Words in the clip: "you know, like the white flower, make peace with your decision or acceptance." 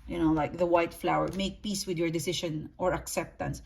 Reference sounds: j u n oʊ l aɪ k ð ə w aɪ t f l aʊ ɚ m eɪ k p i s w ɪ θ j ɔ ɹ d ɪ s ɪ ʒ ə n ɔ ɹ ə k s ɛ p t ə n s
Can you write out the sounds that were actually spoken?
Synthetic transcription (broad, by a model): j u n oʊ l aɪ k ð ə w aɪ t f l aʊ ɚ m eɪ k p i s w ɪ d j ɔ ɹ d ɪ s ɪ ʃ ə n ɔ ɹ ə k s ɛ p t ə n s